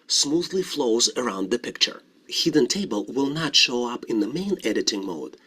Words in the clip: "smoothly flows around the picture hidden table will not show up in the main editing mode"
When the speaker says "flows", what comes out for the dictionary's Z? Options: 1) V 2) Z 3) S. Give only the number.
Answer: 2